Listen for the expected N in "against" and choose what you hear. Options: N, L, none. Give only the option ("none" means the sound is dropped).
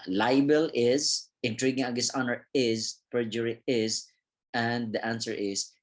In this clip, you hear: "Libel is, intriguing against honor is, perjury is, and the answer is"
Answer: none